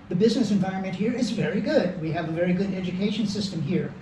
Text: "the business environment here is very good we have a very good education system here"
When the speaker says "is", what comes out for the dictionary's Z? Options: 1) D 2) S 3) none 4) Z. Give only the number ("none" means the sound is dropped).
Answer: 4